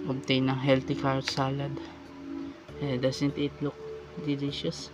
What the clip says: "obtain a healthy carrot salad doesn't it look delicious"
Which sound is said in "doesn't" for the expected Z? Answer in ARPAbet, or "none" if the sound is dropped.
S